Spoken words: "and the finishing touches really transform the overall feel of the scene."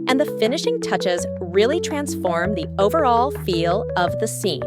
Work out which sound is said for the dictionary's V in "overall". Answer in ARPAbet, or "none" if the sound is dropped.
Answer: V